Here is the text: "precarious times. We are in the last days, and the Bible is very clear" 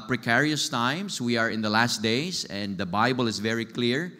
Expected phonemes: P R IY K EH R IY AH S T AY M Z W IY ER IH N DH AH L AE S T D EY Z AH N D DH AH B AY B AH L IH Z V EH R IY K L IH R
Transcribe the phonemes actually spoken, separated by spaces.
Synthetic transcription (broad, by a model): P R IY K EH R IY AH S T AY M S W IY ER IH N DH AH L AE S T D EY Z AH N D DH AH B AY B AH L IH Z V EH R IY K L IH R